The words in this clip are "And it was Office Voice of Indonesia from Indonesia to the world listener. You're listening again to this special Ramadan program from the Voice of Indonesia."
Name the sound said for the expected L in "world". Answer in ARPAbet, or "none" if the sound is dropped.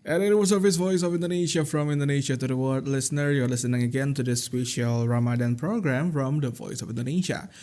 none